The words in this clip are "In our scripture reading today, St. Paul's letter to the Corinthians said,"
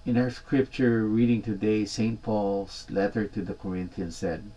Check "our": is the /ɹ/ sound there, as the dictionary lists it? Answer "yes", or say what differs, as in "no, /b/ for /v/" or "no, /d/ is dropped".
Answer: yes